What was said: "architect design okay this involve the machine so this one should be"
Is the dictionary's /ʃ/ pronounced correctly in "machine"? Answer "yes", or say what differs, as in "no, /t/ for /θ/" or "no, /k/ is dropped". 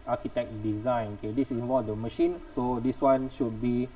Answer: yes